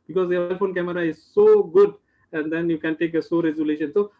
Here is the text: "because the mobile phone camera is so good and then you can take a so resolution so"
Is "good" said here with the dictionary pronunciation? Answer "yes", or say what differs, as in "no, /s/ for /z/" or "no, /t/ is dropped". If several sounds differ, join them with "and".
yes